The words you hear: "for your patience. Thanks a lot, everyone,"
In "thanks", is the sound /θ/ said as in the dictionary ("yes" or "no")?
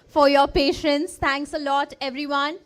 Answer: no